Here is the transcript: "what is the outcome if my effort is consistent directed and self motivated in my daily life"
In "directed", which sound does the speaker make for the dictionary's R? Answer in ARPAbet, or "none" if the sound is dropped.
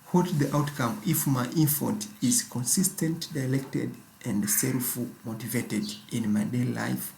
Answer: L